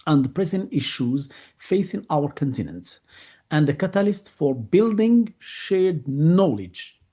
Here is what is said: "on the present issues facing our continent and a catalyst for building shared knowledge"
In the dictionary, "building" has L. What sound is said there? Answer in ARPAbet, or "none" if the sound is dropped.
L